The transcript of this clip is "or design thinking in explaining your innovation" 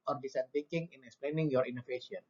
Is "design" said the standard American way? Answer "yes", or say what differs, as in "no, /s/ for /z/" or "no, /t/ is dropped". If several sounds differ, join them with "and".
no, /s/ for /z/